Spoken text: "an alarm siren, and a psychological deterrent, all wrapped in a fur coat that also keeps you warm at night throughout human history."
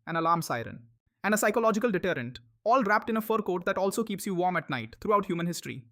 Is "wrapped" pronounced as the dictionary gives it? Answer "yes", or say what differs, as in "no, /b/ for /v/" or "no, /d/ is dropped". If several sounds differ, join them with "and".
yes